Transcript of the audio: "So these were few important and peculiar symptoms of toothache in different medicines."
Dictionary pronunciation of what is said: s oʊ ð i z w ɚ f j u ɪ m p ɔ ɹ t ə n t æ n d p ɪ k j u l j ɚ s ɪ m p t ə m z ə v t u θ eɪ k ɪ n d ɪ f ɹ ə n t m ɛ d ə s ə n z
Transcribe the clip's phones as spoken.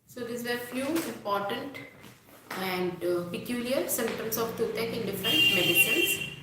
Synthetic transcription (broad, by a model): s oʊ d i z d f j u ɪ m p ɔ ɹ t ə n t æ n d p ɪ k j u l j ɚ s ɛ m t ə m s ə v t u t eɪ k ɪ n d ɪ f ɹ ə n t m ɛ d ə s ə n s